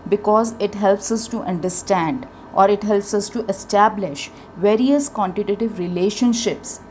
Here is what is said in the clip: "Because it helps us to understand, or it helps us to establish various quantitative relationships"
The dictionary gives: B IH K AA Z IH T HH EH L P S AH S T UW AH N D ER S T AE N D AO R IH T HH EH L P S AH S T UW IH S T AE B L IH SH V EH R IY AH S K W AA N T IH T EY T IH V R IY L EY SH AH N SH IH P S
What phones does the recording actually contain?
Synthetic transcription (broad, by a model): B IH K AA Z IH T HH EH L P S AH S T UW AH N D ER S T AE N D AO R IH T HH EH L P S AH S T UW IH S T AE B L IH SH V EH R IY AH S K W AA N T IH T EY T IH V R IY L EY SH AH N SH IH P S